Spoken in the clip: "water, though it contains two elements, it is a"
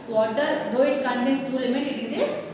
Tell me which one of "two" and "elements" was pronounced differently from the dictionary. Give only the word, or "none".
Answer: elements